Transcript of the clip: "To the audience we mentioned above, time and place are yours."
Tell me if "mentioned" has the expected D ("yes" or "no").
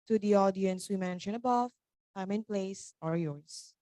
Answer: no